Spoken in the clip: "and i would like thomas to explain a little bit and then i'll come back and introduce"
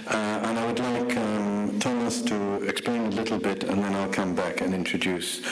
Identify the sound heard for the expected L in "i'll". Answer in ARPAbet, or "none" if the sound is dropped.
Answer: L